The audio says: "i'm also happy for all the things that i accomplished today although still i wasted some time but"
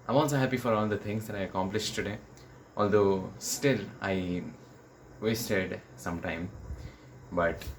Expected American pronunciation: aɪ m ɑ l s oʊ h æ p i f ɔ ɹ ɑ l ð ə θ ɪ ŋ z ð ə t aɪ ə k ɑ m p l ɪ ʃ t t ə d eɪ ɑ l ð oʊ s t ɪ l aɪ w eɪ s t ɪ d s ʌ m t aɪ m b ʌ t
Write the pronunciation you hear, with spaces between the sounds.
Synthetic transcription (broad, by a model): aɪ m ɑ n s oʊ h æ p i f ɔ ɹ ɑ l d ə t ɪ ŋ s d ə t aɪ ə k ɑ m p l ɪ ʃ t t ə d eɪ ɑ l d oʊ s t ɪ l aɪ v eɪ s t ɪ d s ʌ m t aɪ m b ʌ t